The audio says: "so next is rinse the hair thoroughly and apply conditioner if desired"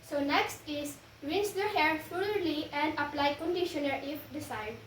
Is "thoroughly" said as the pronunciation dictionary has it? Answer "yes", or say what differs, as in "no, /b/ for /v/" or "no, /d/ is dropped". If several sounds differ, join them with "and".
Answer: no, /f/ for /θ/